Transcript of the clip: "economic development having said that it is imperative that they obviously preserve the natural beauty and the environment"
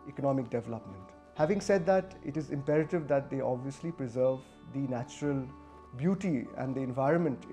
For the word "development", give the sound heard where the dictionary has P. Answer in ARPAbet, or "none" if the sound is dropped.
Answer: P